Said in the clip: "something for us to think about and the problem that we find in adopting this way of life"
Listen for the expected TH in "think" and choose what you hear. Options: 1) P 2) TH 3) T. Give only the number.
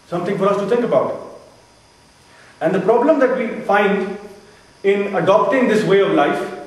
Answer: 3